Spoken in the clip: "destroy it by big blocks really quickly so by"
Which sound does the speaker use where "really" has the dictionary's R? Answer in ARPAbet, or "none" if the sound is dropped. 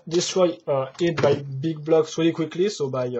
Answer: W